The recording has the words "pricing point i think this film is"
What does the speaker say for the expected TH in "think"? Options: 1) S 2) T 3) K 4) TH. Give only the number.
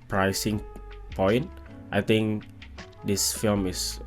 2